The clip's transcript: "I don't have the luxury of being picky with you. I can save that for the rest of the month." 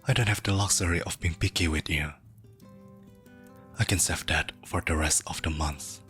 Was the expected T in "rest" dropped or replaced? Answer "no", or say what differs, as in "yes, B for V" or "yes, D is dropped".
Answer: no